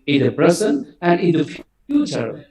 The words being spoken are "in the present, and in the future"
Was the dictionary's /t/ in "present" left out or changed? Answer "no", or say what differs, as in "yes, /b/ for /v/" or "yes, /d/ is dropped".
yes, /t/ is dropped